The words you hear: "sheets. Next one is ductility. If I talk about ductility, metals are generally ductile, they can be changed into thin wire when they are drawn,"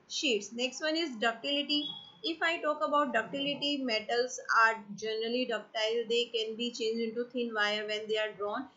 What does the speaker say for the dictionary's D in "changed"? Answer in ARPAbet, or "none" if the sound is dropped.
none